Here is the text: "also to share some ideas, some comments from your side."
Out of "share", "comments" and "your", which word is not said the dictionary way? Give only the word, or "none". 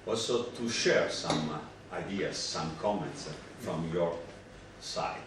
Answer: none